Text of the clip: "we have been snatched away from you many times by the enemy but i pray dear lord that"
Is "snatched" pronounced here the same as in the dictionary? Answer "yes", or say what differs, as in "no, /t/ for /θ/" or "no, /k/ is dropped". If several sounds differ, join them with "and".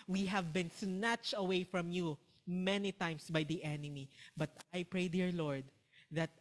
yes